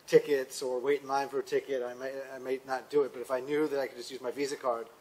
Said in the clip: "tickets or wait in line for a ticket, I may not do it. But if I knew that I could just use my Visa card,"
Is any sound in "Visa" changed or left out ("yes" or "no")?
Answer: no